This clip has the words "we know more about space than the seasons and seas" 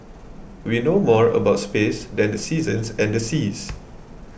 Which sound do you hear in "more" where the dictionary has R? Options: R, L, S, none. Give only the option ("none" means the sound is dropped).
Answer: R